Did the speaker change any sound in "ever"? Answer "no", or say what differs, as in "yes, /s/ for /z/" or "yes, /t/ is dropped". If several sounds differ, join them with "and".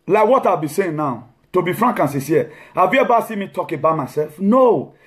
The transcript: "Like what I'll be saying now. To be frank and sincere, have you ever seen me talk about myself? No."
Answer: yes, /b/ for /v/